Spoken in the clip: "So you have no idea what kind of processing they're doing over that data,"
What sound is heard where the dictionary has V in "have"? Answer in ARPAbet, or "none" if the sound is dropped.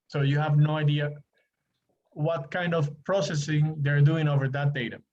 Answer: V